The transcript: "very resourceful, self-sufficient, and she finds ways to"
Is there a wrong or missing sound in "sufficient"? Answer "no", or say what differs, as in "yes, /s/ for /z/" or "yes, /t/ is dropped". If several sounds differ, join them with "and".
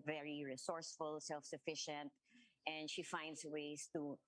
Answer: no